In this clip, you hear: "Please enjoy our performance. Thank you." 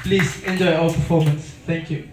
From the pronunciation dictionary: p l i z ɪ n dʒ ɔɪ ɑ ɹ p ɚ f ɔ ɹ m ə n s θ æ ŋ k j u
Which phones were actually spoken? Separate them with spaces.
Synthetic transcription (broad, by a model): p l i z ɪ n dʒ ɔɪ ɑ l p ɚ f ɔ m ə n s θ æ ŋ k j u